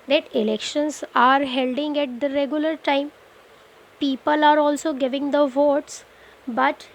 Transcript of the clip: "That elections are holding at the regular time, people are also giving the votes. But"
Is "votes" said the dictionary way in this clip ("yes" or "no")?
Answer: yes